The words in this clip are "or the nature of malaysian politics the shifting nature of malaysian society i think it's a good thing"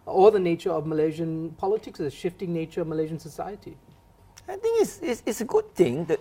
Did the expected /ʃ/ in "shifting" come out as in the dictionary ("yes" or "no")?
yes